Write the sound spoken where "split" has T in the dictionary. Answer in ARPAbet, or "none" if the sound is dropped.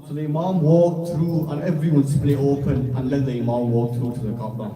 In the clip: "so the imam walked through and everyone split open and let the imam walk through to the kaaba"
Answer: none